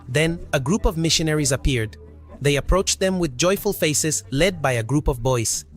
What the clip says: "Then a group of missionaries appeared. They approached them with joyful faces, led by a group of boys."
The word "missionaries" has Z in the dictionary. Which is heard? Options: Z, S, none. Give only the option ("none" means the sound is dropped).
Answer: Z